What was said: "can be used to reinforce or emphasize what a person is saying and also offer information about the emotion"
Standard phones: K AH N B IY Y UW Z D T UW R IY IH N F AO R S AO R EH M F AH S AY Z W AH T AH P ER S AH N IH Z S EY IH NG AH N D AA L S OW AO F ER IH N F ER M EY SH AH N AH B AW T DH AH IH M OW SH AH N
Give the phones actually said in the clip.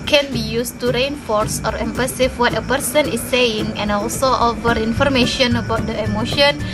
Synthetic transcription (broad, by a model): K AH N B IY Y UW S T UW R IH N F AO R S AO R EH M P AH S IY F W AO T AH P ER S AH N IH S EY IH NG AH N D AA L S OW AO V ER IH N F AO M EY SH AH N AH B AW T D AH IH M OW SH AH N